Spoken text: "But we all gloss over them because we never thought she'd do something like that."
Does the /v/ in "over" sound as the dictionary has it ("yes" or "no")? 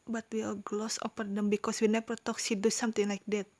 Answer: no